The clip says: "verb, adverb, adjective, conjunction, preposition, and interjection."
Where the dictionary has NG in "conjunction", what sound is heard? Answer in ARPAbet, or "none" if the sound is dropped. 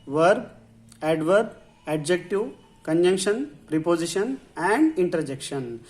NG